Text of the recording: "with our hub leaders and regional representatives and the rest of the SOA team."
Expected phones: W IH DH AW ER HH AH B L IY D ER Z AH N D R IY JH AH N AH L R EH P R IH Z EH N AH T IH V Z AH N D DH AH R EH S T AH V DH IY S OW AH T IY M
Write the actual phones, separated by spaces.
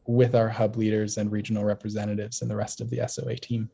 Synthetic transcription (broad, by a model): W IH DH AW ER HH AH B L IY D ER Z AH N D R IY JH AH N L R EH P R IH Z EH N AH T IH V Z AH N DH AH R EH S T AH V DH IY S OW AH T IY M